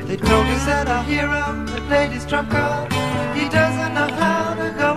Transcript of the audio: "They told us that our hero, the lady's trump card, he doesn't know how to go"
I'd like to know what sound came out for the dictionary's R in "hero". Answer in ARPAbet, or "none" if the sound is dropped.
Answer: R